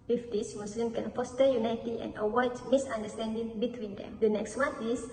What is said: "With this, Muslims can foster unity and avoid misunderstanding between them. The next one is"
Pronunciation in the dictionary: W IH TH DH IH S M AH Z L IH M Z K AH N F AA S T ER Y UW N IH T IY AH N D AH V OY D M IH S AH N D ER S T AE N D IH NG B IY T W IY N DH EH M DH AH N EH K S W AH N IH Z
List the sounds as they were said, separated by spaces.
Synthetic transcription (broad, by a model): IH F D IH S M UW S L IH M K AH N F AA S T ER Y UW N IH T IY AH N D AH W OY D M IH S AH N D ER S T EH N D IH NG B IY T W IY N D EH M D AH N EH K S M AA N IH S